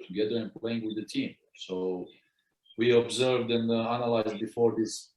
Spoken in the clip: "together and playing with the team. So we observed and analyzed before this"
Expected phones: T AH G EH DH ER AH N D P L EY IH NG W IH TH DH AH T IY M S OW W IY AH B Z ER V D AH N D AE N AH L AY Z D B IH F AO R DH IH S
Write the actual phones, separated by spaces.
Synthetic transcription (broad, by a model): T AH G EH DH ER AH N P L EY IH NG W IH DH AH T IY M S OW W IY AH B Z ER V D AH N D AE N AH L AY Z D B IH F AO R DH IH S